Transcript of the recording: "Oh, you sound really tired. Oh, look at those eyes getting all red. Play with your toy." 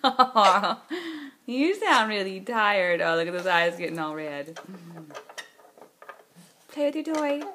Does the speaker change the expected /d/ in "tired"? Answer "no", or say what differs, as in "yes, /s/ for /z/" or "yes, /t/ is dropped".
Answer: no